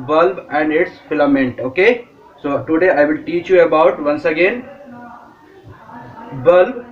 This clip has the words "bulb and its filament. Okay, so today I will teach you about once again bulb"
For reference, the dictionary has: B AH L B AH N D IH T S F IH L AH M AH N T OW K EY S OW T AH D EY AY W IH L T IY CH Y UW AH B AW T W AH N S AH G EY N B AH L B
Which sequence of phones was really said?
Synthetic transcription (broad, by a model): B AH L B AH N D IH T S F IH L AH M AH N T OW K EY S OW T AH D EY AY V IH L T IY CH Y UW AH B AW T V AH N S AH G EY N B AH L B